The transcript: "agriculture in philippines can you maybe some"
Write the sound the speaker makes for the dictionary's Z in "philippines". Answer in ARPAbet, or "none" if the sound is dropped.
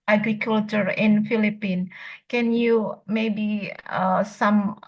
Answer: none